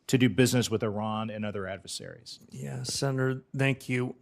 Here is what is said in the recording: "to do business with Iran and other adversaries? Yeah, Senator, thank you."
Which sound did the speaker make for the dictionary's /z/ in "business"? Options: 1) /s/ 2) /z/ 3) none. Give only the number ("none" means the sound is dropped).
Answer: 2